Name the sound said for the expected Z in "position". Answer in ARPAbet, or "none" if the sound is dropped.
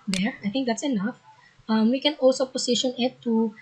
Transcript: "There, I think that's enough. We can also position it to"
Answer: S